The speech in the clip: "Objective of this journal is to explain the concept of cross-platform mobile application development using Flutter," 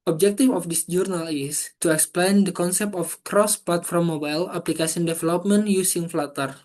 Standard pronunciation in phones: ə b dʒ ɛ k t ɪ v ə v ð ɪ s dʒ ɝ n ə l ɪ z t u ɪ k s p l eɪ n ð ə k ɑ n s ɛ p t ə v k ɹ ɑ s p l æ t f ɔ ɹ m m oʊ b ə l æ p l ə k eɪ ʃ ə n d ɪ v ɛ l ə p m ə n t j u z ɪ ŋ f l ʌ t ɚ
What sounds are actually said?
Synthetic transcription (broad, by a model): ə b dʒ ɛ k t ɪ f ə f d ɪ s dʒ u n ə l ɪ s t u ɪ k s p l eɪ n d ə k ɑ n s ɛ p t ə f k ɹ ɑ s p l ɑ t f ɔ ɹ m m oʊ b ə l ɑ p l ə k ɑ s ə n d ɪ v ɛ l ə p m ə n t j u s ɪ ŋ f l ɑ t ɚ